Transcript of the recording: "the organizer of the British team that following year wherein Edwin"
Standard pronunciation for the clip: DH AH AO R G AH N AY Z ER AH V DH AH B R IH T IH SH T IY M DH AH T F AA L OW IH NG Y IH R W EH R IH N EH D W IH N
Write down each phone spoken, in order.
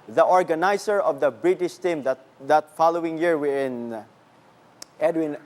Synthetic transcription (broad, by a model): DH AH AO R G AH N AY S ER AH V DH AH B R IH T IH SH T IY M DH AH T F AA L OW IH NG Y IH R W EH IH N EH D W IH N